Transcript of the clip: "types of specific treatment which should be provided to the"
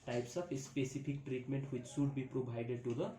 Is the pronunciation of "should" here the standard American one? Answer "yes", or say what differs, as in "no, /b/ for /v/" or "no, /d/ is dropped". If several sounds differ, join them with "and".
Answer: no, /s/ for /ʃ/